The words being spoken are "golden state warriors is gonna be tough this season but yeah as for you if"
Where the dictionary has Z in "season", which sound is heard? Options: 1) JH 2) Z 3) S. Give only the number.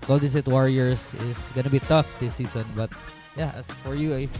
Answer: 3